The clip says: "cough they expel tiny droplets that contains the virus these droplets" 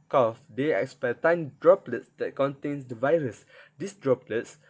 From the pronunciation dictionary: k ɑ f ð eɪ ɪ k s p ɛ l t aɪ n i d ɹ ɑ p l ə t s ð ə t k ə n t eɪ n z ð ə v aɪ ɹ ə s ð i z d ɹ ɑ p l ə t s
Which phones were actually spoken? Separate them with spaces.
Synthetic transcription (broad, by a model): k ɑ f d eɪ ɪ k s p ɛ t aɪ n d ɹ ɑ p l ə t s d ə t k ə n t eɪ n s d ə v aɪ ɹ ə s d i s d ɹ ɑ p l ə t s